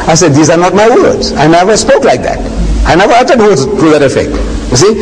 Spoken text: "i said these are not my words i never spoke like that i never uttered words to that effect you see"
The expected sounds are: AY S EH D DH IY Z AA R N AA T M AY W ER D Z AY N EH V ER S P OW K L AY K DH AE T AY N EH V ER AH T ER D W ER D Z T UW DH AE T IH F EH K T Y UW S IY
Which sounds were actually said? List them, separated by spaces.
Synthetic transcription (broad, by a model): AY S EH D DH IY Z AA R N AA T M AY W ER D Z AY N EH V ER S P OW K L AY K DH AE T AY N EH V ER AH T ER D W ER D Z T UW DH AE T IH F EH K T Y UW S IY